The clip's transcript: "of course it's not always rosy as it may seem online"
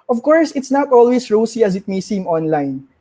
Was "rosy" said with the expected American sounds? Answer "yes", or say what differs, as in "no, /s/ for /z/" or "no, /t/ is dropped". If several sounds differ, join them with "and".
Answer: no, /s/ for /z/